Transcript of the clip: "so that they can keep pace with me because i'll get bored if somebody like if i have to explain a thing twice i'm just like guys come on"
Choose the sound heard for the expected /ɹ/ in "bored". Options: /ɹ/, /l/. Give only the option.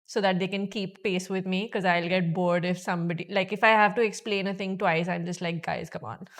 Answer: /ɹ/